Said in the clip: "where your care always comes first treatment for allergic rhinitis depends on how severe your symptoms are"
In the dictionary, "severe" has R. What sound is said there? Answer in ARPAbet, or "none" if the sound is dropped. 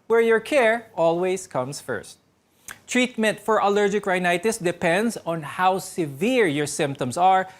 R